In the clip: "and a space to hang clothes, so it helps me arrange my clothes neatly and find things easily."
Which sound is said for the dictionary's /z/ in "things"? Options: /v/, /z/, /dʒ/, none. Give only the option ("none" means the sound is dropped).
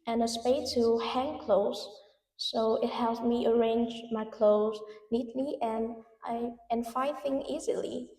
none